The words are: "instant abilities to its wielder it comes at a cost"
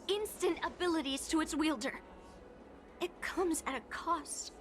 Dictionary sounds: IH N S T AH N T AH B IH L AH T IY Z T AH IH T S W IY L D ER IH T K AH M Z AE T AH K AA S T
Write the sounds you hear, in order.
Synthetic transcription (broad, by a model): IH N S T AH N T AH B IH L AH T IY Z T AH IH T S W IY L D ER IH T K AH M Z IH T AH K AA S T